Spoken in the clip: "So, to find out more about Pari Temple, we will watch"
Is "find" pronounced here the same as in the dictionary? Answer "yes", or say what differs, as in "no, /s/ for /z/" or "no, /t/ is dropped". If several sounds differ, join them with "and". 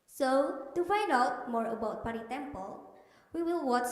no, /n/ is dropped